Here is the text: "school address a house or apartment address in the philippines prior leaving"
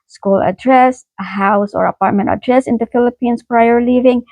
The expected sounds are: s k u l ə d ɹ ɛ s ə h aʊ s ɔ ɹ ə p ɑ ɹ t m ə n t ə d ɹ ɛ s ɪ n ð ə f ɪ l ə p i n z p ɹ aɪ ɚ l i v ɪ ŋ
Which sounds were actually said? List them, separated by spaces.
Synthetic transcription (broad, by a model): s k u l ə d ɹ ɛ s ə h aʊ s ɔ ɹ ə p ɑ ɹ t m ə n t ə d ɹ ɛ s ɪ n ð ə f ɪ l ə p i n s p ɹ aɪ ɚ l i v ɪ ŋ